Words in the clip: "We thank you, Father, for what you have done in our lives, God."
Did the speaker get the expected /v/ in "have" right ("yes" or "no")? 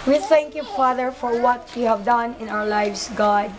yes